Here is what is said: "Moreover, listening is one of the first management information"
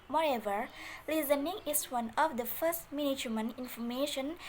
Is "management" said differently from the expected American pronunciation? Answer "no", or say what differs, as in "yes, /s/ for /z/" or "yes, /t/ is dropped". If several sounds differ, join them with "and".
yes, /t/ is dropped